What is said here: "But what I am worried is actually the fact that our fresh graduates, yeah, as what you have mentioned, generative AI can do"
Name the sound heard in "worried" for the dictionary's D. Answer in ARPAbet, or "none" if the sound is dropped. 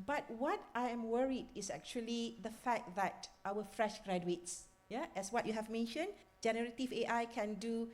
D